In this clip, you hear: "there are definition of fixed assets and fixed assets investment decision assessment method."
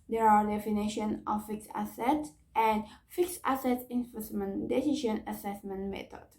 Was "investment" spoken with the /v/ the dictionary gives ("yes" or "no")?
no